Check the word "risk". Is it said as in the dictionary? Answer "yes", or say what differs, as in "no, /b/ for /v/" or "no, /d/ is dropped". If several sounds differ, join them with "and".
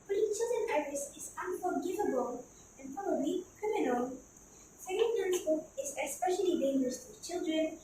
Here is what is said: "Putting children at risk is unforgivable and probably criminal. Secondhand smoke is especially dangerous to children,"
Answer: no, /k/ is dropped